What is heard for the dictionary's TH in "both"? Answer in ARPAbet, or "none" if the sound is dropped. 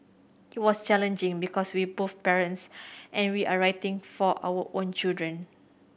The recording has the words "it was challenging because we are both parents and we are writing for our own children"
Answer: F